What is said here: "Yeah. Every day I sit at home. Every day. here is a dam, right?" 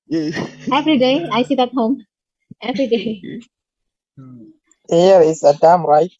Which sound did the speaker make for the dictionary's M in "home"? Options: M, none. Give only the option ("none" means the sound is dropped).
M